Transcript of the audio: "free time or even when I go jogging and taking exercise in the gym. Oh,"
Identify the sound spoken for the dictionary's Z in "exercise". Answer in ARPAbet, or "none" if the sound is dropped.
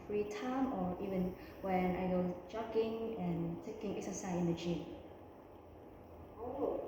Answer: none